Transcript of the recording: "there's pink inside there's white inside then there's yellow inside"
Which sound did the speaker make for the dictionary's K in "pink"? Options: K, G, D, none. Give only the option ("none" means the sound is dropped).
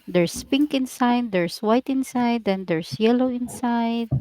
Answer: K